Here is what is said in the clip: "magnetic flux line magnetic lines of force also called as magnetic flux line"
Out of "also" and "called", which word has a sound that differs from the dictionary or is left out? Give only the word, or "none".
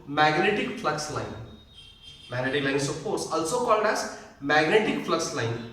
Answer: none